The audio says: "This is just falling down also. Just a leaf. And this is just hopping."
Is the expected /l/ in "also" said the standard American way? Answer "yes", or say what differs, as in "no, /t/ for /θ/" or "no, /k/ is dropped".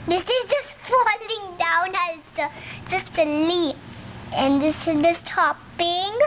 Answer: no, /l/ is dropped